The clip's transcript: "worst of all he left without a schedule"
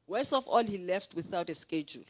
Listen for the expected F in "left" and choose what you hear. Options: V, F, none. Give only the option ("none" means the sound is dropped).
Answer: F